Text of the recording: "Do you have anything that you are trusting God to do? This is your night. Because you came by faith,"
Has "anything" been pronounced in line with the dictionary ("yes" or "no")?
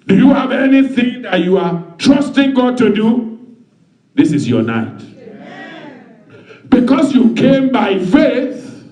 yes